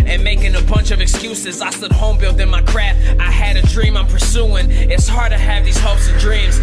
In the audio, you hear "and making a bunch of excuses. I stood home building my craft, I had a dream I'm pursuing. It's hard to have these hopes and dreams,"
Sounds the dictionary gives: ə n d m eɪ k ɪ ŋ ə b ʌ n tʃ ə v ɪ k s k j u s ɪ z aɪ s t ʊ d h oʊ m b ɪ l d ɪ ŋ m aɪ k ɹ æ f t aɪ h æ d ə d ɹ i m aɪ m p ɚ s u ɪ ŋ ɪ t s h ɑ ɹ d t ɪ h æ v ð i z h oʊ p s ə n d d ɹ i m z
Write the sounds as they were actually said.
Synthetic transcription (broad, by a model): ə n m eɪ k ɪ ŋ ə b ʌ n tʃ ə v ɪ k s k j u s ɪ z aɪ s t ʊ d h oʊ m b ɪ l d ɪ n m aɪ k ɹ æ f t aɪ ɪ d ə d ɹ i m aɪ m p ɚ s u ɪ ŋ ɪ t s h ɑ ɹ d t ɪ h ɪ v ð i z h oʊ p s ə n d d ɹ i m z